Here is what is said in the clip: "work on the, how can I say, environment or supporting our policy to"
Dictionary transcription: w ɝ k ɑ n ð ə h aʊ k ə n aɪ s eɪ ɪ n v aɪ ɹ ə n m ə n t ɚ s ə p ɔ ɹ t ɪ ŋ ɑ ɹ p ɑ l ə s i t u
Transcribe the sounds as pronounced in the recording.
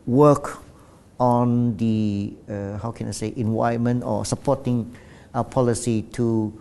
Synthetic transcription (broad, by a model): w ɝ k ɑ n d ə h aʊ k ə n aɪ s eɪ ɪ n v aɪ ə m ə n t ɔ s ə p ɔ t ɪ ŋ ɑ p ɑ l ə s i t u